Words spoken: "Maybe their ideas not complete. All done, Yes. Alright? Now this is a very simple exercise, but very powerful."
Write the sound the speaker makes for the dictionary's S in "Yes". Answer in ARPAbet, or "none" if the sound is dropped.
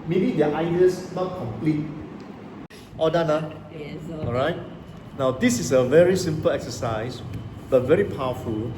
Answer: none